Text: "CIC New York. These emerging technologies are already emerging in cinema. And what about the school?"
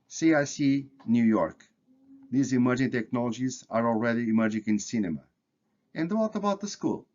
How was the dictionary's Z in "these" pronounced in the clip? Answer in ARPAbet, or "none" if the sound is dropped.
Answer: Z